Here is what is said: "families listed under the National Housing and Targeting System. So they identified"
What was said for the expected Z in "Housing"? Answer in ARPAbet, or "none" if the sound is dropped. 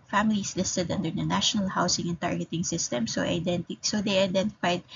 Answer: S